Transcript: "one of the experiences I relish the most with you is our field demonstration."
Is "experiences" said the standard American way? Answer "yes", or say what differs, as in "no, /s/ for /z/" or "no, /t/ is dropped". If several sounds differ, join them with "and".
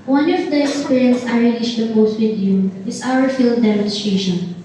no, /z/ is dropped